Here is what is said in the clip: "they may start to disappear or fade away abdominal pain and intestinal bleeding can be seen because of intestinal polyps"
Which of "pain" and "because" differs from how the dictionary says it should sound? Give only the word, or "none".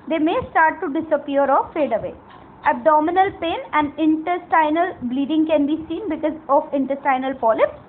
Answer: none